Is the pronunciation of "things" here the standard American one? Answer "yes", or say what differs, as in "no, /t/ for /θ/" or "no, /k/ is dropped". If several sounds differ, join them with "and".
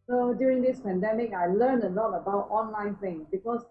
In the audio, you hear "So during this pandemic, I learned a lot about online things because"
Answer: no, /z/ is dropped